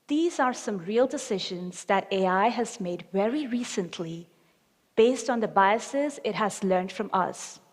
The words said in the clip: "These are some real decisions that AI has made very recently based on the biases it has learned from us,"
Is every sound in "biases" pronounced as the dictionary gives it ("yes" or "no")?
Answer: yes